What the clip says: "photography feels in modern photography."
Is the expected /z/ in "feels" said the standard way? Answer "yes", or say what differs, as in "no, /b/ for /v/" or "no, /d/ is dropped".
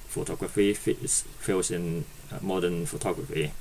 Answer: no, /s/ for /z/